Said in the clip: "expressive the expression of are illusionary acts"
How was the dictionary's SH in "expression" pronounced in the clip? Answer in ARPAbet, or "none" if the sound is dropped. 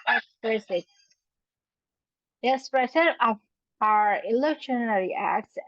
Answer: S